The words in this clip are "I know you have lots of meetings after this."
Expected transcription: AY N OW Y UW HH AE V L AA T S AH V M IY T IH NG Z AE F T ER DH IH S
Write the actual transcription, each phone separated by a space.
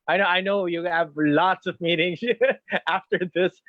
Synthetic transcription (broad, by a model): AY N OW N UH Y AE V L AA T S AH V M IY T IH NG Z AE F T ER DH IH S